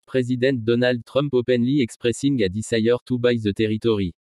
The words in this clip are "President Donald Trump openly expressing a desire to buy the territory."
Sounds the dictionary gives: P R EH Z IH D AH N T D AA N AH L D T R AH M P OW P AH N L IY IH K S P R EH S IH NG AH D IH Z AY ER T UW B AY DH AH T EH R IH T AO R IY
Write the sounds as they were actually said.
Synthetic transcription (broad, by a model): P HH EH Z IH D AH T D AA N AH L D T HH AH M P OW P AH N L IY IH K S P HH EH S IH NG AH D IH S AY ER T UW B AY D AH T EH R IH T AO R IY